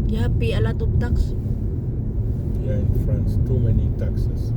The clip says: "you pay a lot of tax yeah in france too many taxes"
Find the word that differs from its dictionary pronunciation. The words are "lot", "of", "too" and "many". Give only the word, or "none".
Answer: of